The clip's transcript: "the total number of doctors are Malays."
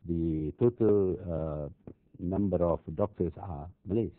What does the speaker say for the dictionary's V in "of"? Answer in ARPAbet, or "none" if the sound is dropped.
F